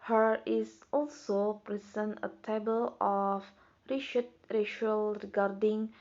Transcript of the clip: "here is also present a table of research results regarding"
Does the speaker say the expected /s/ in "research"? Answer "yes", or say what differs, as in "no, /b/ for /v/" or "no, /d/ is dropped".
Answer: no, /ʃ/ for /s/